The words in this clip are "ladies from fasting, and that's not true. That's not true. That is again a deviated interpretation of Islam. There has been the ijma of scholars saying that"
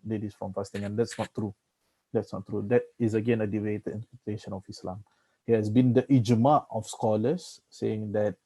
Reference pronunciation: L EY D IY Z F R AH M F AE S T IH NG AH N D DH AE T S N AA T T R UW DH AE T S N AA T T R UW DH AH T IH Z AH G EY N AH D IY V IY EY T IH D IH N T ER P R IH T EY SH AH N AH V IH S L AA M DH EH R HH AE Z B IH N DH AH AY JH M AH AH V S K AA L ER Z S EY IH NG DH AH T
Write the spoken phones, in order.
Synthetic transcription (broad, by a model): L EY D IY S F R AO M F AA S T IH NG AH N D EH T S N AA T T R UW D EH T S N AA T T R UW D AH T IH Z AH G EY N AH D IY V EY T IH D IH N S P IH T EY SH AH N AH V IH S L AA M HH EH HH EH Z B IH N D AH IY JH M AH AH F S K AA L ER S EY IH NG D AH T